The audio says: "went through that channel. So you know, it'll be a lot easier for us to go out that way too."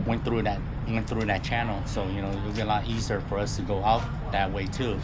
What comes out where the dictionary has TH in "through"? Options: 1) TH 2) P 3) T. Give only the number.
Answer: 1